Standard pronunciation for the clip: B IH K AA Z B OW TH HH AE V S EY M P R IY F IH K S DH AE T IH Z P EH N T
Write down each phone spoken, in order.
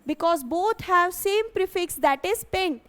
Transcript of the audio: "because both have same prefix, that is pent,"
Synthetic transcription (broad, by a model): B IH K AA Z B OW T HH AE V S EY M P R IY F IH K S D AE T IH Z P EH N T